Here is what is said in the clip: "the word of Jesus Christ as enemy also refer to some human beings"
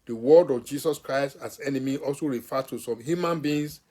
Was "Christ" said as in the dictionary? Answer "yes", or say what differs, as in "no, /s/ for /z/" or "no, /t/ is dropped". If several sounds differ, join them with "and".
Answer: yes